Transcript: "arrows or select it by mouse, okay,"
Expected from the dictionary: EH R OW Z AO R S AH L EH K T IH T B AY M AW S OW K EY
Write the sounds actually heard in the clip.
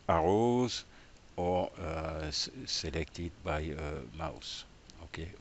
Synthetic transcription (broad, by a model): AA R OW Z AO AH S AH L EH K T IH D B AY M AW S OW K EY